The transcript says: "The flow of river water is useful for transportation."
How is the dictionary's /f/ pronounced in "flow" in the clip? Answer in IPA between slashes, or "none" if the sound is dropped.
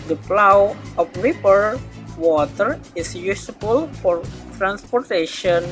/p/